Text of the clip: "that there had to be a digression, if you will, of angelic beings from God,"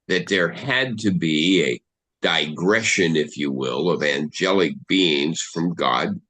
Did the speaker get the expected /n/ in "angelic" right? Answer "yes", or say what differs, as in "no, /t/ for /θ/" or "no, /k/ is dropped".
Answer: yes